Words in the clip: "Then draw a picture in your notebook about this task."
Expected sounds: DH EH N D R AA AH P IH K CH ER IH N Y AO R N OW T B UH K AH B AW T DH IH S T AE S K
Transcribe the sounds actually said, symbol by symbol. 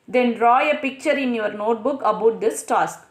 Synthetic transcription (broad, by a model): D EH N D R AA AH P IH K CH ER IH N Y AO R N OW T B UH K AH B AW T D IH S T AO S K